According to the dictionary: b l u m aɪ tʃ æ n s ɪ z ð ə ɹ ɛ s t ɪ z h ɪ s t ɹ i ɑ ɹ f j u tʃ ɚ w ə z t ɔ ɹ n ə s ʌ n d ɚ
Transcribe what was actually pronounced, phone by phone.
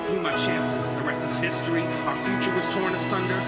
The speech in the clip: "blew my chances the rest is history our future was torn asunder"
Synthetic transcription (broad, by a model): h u m aɪ tʃ æ n s ɪ z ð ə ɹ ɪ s ɪ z h ɪ s t ɹ i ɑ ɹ f j u tʃ ɚ w ə z t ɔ ɹ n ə s ʌ n d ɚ